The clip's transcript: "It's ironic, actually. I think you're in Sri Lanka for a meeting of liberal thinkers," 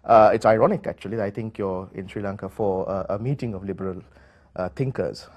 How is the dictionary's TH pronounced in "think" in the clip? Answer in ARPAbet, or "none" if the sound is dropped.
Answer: T